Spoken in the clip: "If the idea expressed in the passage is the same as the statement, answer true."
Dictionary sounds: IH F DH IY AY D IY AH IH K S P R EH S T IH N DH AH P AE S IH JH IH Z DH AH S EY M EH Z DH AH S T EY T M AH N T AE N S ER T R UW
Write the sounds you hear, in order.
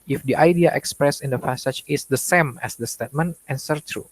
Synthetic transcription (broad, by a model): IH F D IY AY D IY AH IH K S P R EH S IH N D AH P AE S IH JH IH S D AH S EY M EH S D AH S T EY T M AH N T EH N S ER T R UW